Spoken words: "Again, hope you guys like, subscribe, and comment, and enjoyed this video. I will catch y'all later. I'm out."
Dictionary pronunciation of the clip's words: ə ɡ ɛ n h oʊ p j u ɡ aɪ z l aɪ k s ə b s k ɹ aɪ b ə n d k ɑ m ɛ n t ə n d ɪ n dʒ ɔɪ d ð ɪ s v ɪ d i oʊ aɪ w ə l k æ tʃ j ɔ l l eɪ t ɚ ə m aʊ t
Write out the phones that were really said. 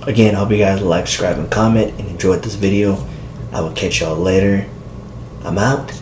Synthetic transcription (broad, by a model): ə ɡ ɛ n h oʊ p j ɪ ɡ aɪ z l aɪ k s s k ɹ aɪ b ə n k ɑ m ɛ n t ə n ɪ n dʒ ɔɪ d ð ɪ s v ɪ d i oʊ aɪ w ə l k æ tʃ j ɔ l l eɪ t ɚ ə m aʊ t